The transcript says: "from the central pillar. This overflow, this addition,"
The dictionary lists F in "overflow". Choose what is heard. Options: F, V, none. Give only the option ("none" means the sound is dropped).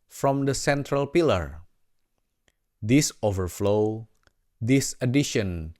F